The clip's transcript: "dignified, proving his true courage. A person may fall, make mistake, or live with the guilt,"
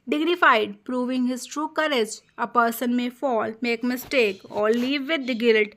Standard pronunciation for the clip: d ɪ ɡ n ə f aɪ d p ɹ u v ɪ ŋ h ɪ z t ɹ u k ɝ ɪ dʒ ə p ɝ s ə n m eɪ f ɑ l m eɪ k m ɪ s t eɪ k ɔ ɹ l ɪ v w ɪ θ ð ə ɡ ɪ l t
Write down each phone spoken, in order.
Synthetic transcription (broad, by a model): d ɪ ɡ n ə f aɪ d p ɹ u v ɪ ŋ h ɪ z t ɹ u k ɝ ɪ dʒ ə p ɝ s ə n m eɪ f ɑ l m eɪ k m ɪ s t eɪ k ɔ ɹ l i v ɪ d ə ɡ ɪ l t